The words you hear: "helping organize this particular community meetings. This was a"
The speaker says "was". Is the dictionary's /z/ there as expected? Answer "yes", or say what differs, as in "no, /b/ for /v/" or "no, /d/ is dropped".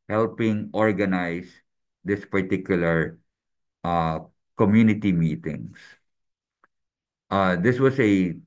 no, /s/ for /z/